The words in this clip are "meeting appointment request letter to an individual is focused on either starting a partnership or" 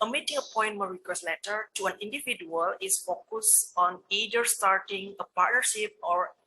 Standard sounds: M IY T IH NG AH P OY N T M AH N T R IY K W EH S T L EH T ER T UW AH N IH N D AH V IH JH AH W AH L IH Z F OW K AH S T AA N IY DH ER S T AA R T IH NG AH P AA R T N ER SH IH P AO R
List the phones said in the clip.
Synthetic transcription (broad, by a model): M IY T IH NG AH P OY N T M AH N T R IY K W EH S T L EH T ER T UW AH N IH N D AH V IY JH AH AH L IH S F OW K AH S AA N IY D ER S T AA R T IH NG AH P AA R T N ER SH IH P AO R